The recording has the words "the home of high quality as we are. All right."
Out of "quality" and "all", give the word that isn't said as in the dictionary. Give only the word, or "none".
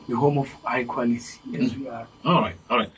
quality